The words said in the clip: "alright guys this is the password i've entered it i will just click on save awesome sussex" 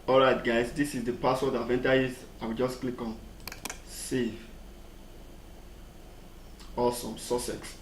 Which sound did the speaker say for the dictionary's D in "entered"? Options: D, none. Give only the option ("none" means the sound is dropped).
none